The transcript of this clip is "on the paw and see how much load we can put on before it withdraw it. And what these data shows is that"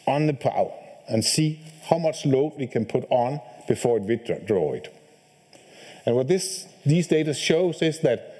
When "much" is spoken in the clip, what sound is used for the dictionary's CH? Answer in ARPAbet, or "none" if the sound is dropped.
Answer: CH